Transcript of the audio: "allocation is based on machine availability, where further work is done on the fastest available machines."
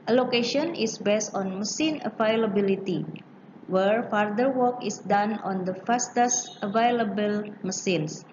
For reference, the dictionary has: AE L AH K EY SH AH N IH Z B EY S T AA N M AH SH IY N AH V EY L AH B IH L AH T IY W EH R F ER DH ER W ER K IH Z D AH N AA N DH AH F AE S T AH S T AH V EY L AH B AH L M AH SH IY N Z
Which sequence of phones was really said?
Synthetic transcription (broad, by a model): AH L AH K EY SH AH N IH S B EY S T AA N M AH S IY N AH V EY L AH B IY L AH T IY W EH R F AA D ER W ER K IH S D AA N AA N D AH F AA S T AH S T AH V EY L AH B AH L M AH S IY N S